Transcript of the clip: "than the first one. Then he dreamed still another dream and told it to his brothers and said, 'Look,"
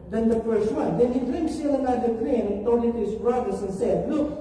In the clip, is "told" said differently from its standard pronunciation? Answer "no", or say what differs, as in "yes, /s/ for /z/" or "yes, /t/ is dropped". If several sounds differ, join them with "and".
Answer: yes, /l/ is dropped